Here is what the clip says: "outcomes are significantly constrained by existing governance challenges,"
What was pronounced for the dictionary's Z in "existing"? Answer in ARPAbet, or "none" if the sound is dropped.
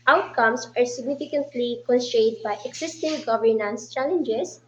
S